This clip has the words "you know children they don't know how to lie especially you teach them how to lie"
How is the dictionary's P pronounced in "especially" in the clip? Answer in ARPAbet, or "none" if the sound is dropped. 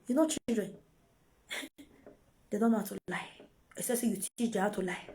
none